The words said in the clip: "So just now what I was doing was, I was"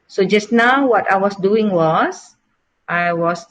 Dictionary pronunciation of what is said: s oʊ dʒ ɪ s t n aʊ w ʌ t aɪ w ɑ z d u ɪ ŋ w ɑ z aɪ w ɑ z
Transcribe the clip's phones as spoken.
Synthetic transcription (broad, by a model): s oʊ dʒ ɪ s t n aʊ w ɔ t aɪ w ɑ s d u ɪ ŋ w ɑ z aɪ w ɑ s